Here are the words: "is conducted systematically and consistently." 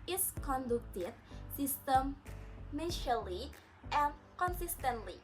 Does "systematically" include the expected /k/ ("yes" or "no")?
no